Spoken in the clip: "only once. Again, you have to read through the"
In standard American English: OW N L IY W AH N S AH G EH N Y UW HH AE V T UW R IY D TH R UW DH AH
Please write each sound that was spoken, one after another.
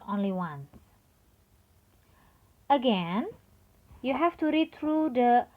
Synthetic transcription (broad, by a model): OW N L IY W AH N AH G EH N Y UW HH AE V T UW R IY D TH R UW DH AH